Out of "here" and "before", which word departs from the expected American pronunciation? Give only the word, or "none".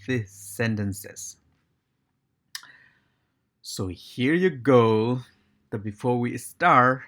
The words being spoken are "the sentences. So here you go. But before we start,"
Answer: none